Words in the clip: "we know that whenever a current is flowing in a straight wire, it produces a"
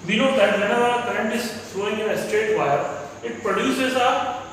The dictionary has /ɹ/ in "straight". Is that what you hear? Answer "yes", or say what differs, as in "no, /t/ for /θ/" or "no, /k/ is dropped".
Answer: no, /ɹ/ is dropped